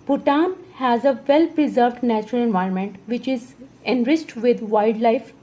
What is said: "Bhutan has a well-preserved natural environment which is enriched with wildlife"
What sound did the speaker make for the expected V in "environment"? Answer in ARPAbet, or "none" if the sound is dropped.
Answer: V